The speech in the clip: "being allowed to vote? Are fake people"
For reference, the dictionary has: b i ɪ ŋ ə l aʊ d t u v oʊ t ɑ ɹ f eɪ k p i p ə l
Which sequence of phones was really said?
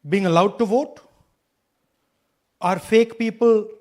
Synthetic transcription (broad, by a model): b i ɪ ŋ ə l aʊ d t u v oʊ t ɑ ɹ f eɪ k p i p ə l